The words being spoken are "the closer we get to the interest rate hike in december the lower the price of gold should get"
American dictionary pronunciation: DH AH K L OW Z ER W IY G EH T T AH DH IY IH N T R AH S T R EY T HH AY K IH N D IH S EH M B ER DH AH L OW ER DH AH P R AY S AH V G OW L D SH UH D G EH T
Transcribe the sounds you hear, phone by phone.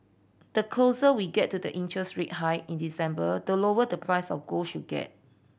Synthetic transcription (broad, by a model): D AH K L OW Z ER W IY G EH T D AH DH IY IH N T R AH S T R EY T HH AY IH N D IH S EH M B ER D AH L OW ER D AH P R AY S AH F G OW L SH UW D G EH T